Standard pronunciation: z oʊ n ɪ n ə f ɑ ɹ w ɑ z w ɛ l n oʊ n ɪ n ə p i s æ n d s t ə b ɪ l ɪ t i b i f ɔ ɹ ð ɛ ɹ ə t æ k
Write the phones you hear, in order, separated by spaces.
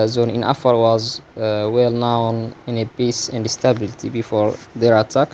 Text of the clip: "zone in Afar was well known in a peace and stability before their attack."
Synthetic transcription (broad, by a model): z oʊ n ɪ n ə f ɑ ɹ w ɑ z w ɛ l n oʊ n ɪ n ə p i s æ n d s t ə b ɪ l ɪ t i b i f ɔ ɹ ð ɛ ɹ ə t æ k